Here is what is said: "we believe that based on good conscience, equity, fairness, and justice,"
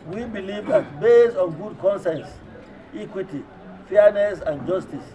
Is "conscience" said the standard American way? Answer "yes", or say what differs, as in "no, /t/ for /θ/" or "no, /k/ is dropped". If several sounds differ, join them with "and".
no, /s/ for /ʃ/